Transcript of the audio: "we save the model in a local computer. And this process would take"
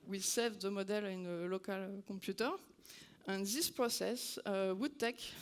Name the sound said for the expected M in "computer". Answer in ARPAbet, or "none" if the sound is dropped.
none